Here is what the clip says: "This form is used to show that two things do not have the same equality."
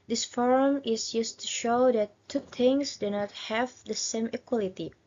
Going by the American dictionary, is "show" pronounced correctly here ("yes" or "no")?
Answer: yes